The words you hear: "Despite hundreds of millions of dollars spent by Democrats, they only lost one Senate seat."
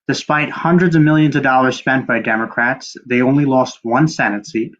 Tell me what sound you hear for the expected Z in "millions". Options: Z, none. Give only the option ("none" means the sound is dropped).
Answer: Z